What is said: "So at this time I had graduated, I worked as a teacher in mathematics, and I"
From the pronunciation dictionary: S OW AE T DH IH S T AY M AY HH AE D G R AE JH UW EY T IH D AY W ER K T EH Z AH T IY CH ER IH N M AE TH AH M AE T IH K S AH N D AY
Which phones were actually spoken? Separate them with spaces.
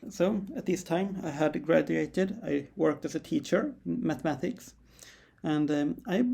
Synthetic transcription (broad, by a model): S OW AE T DH IH S T AY M AY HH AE D G R AE JH UW EY T IH D AY W ER K T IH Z AH T IY CH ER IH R M AE TH AH M AE T IH K S AH N D AY